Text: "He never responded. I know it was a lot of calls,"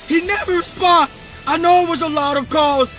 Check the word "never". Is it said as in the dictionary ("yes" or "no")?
yes